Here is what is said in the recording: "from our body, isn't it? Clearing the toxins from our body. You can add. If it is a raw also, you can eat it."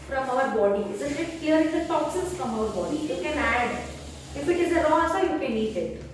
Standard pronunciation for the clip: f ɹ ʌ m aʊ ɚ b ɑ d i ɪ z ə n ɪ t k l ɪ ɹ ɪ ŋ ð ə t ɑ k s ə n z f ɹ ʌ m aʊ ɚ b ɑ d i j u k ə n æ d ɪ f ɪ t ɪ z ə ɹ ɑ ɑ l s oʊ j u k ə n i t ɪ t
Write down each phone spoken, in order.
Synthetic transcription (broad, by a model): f ɹ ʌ m aʊ ɚ b ɑ d i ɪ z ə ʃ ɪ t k l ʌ ɹ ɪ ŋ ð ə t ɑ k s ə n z f ɹ ʌ m aʊ ɚ b ɑ d i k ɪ k ə n æ d ɪ f ɪ t ɪ z ə ɹ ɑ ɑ s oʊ j u k ə n i t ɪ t